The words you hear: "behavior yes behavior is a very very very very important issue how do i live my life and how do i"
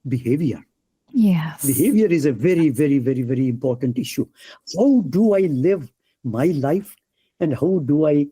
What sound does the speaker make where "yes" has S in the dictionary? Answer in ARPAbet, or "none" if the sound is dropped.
none